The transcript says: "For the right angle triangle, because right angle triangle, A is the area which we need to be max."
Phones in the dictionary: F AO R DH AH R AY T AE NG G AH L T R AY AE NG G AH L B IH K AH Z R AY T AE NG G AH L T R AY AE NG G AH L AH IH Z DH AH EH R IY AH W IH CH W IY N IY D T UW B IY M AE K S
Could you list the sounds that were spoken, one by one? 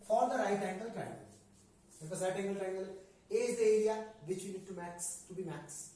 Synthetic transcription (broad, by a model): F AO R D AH R AY T AE NG G AH L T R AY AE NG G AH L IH AH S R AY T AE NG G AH L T R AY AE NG G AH L AH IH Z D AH EH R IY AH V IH CH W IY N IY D T UW B IY M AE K S